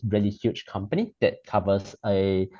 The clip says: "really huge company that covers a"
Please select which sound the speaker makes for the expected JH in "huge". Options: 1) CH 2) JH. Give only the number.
1